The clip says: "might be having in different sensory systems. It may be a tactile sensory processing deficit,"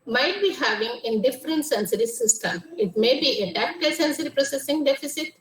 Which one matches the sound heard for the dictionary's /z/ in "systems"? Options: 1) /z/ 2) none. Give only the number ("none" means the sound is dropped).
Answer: 2